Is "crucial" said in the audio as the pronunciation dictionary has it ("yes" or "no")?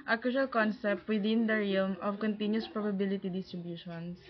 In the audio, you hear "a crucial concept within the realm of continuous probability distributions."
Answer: no